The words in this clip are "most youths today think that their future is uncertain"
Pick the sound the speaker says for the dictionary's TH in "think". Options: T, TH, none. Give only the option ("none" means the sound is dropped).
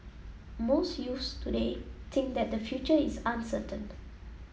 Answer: T